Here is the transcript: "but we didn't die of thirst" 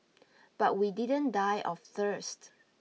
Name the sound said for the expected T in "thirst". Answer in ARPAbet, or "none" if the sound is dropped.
T